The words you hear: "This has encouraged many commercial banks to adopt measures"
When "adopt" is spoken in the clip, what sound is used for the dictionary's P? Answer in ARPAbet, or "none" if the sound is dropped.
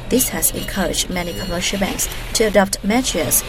P